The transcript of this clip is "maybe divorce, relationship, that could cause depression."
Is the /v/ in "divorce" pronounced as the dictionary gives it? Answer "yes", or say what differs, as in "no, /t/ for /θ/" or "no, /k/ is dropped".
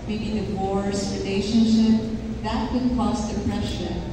no, /w/ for /v/